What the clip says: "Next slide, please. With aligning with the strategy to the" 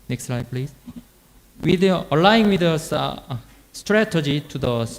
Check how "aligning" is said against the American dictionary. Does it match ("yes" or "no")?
no